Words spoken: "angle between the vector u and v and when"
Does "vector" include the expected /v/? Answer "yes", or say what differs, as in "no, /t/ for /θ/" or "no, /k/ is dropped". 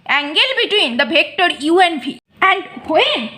no, /b/ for /v/